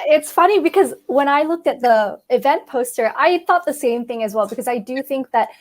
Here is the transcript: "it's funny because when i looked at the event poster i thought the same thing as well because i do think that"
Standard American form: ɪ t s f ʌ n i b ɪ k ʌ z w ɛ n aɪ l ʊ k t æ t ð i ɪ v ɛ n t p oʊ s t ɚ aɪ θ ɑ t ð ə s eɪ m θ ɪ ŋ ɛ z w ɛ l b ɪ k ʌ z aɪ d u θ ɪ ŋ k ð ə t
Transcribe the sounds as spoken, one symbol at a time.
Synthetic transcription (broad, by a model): ɪ t s f ʌ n i b ɪ k ʌ z w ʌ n aɪ l ʊ k t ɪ t ð i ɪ v ɛ n p oʊ s t ɚ aɪ θ ɑ t ð ə s eɪ m θ ɪ ŋ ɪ z w ɛ l b ɪ k ʌ z aɪ d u θ ɪ ŋ k ð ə t